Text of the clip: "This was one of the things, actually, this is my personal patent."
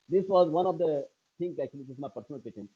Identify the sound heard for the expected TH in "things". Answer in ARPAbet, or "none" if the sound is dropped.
T